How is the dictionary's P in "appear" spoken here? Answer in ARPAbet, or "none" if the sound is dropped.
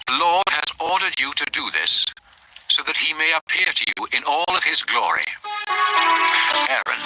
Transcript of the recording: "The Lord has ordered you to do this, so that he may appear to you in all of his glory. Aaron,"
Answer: P